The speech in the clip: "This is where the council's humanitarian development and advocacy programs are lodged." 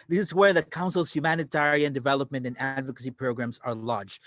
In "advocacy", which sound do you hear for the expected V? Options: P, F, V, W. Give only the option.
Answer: V